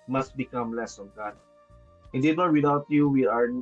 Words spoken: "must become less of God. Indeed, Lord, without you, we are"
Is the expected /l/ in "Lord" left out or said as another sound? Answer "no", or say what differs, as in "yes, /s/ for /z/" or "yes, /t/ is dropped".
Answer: yes, /n/ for /l/